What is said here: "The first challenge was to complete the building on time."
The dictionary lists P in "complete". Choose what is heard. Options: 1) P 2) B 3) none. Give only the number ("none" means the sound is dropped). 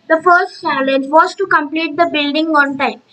1